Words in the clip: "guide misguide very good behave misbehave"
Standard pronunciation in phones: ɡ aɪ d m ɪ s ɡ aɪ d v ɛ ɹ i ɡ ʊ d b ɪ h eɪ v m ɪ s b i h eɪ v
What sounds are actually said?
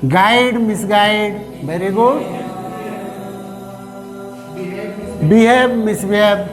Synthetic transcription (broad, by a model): ɡ aɪ d m ɪ s ɡ aɪ d b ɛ ɹ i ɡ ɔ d b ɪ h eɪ b m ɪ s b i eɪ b